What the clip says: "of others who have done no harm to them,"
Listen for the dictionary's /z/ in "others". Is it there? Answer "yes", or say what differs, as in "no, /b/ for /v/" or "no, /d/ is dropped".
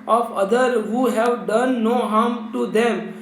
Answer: no, /z/ is dropped